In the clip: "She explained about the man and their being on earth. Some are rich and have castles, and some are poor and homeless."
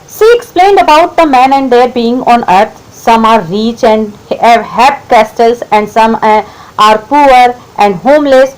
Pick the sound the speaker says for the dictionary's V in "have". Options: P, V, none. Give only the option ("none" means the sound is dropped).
P